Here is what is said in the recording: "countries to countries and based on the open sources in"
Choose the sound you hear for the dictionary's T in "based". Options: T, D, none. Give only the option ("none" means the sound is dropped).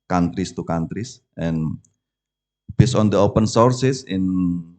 none